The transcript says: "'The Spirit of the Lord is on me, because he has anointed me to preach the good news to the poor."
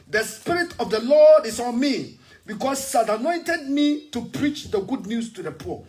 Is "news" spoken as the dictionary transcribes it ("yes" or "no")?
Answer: no